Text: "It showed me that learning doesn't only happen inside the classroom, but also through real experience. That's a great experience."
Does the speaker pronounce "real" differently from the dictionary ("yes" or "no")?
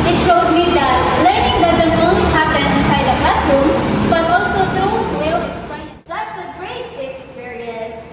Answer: yes